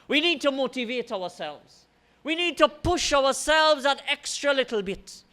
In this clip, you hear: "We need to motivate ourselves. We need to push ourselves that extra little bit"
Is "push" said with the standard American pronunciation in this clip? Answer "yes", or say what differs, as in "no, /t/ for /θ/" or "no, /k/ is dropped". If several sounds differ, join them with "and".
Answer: yes